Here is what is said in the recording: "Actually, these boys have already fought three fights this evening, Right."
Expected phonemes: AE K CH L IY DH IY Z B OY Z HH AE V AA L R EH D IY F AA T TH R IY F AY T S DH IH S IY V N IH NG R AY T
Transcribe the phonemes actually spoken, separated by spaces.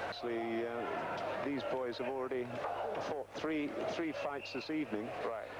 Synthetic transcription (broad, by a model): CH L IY DH IY Z B OY Z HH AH V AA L R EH D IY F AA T TH R IY F AY T S DH IH S IY V N IH NG R AY T